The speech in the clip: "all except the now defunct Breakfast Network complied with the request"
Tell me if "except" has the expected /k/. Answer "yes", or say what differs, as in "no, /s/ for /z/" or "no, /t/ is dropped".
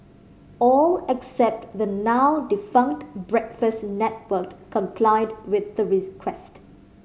yes